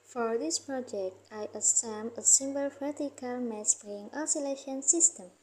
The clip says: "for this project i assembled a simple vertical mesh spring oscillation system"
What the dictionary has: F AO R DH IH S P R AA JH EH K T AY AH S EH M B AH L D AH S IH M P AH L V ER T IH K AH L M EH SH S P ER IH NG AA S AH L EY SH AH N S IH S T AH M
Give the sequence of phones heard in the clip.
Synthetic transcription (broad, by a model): F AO R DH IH S P R AA JH EH K T AY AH S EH M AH AH S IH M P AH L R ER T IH K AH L M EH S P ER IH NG AA S AH L EY SH AH N S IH S T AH M